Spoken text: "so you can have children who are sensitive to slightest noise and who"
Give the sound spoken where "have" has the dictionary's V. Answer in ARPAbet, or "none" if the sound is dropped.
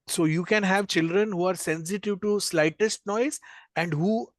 V